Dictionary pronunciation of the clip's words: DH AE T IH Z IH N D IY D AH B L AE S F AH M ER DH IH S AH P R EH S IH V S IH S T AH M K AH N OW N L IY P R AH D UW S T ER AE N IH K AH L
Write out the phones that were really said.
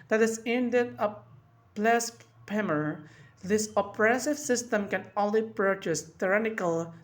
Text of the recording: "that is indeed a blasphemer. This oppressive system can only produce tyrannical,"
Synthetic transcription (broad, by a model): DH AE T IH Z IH N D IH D AH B L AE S P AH M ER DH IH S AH P R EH S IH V S IH S T AH M K AH N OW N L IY P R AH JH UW S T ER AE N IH K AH L